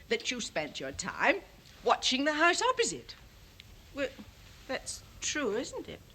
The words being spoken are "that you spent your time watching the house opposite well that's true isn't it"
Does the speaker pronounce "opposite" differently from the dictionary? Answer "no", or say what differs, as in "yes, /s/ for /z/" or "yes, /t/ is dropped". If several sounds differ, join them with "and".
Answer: no